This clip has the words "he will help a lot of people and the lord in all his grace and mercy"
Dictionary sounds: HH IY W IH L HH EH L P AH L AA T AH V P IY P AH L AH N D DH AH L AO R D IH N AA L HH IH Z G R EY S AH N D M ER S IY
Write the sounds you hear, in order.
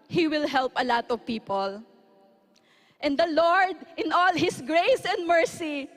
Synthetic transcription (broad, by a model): HH IY W IH L HH EH L P AH L AA T AH V P IY P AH L AH N D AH L AO R D IH N AA L HH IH S G R EY S AH N D M ER S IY